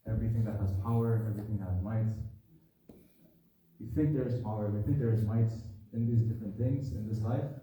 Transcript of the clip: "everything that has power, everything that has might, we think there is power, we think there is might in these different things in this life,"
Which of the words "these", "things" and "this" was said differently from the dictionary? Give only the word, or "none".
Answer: none